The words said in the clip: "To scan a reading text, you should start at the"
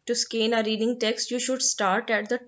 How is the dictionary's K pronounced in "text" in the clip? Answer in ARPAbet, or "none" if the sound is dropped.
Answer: K